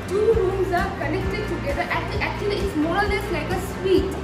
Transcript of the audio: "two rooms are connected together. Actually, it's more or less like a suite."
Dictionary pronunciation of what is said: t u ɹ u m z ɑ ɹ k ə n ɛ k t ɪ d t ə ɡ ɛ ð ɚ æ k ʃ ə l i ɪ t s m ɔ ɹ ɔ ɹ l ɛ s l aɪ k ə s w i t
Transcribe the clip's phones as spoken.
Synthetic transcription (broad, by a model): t u ɹ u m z ɑ ɹ k ə n ɛ k t ɪ d t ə ɡ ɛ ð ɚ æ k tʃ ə l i ɪ t s m ɔ ɹ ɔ l l ɛ s l aɪ k ə s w i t